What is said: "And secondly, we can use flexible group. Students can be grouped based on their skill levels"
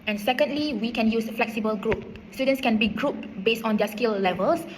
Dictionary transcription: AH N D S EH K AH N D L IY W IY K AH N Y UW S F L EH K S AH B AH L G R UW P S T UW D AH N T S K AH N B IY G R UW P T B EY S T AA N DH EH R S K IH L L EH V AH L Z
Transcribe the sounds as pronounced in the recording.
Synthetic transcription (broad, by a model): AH N S EH K AH N D L IY W IY K AH N Y UW S F L EH K S AH B AH L G R UW P S T UW D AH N S K AH N B IY G R UW P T B EY S T AA N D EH S K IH L L EH V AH L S